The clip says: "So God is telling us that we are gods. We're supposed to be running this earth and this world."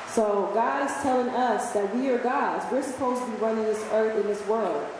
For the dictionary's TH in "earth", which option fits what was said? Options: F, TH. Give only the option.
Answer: TH